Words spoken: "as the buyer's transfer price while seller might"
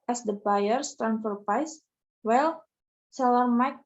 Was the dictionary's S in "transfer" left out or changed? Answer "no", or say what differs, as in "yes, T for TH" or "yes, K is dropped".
yes, S is dropped